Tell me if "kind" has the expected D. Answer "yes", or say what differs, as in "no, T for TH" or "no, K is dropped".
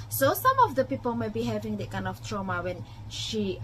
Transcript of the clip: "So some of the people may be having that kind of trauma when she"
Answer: no, D is dropped